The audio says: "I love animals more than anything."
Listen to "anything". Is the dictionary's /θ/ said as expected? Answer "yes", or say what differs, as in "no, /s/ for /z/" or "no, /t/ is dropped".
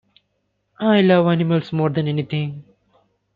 no, /t/ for /θ/